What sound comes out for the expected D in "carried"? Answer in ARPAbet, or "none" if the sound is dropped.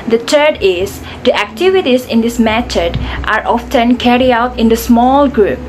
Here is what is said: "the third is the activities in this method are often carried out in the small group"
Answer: none